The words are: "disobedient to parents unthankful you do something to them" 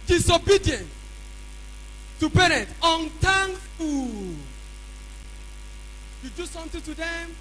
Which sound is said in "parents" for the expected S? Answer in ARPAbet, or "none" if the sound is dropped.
none